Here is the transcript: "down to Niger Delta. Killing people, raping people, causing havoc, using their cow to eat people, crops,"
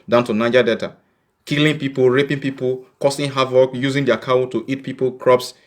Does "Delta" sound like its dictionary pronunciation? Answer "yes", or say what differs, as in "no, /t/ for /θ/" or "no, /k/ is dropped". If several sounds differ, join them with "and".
no, /l/ is dropped